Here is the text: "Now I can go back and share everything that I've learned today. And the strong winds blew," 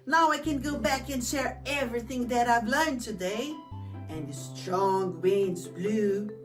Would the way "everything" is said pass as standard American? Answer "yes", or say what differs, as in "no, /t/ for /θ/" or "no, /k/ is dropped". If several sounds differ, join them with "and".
yes